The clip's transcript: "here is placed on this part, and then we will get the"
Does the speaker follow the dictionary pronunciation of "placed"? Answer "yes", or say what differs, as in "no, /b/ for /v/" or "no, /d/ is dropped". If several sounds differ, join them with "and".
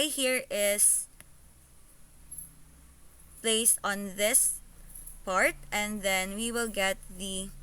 no, /t/ is dropped